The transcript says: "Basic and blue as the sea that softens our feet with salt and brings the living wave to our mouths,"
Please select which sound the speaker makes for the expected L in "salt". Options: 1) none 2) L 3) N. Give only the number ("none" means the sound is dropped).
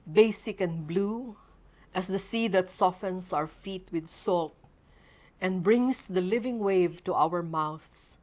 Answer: 2